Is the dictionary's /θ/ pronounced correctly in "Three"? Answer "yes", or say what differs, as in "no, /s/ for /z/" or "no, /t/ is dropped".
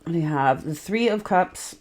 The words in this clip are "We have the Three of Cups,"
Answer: yes